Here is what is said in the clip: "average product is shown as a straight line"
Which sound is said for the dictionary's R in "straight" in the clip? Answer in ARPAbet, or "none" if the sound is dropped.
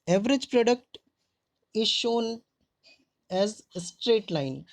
R